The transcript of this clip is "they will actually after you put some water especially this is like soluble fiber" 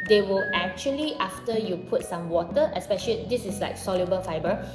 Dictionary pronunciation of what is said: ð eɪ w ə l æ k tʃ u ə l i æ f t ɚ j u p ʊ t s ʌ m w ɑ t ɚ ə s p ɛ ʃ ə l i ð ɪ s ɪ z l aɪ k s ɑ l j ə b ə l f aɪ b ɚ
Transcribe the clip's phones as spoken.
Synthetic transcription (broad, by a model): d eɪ w ə l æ k tʃ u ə l i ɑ f t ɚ j u p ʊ t s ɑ m w ɑ t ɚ ə s p ɛ ʃ ə l i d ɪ s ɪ s l aɪ k s ɑ l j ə b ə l f aɪ b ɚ